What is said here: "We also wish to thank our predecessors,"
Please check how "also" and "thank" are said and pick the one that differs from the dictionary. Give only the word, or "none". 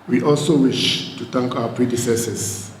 thank